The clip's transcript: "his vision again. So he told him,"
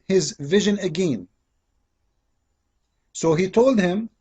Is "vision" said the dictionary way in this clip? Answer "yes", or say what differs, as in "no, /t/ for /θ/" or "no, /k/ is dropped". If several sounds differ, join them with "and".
yes